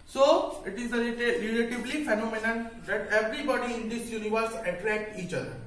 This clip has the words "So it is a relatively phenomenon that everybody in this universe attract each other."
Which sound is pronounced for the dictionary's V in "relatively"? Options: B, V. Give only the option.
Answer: B